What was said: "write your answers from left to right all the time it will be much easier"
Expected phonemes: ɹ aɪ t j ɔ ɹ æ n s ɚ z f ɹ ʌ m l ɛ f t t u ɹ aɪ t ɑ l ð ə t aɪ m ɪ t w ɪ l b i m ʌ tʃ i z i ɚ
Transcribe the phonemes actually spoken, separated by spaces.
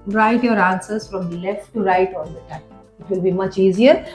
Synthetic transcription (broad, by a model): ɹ aɪ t j ɔ ɹ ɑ n s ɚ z f ɹ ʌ m l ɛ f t t u ɹ aɪ t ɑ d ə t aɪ ɪ t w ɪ l b i m ʌ tʃ i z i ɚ